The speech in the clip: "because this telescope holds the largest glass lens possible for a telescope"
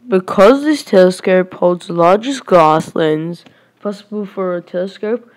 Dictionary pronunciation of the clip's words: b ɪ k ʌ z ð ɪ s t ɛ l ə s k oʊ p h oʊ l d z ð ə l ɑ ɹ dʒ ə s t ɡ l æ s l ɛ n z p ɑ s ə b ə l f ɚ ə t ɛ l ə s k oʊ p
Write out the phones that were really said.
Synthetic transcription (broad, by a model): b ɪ k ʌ z ð ɪ s t ɛ l ə s k oʊ p h oʊ l d z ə l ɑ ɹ dʒ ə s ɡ ɑ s l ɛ n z p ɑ s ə b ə l f ɚ ə t ɛ l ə s k oʊ p